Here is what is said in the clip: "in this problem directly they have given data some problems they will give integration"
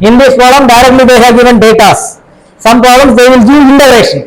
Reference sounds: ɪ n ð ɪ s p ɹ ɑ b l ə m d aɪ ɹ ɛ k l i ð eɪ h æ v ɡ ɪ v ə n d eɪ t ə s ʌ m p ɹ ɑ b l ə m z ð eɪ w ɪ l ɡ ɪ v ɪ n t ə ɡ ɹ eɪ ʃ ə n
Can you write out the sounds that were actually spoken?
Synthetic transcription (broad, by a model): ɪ n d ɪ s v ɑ l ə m d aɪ ɹ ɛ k l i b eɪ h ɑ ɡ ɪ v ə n d eɪ t ə s ʌ m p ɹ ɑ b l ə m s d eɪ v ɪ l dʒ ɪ ɪ n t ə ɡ ɹ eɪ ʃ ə n